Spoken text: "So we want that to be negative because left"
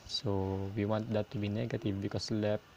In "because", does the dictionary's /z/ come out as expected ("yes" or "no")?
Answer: no